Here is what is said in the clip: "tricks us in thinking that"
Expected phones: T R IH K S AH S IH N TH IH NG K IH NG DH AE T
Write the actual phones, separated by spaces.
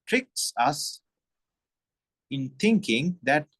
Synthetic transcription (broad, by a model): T R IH K S AH S IH N T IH NG K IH NG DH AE T